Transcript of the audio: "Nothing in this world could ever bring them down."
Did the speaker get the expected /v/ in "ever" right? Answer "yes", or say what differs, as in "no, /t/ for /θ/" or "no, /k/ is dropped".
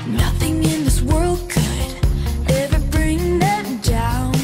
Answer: yes